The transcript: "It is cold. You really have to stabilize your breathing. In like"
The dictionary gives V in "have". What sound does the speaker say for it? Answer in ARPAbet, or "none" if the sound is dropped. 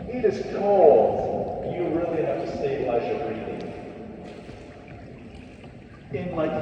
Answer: F